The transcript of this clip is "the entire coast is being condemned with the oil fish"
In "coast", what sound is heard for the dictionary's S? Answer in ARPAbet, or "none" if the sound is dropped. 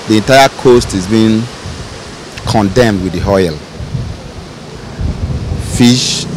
S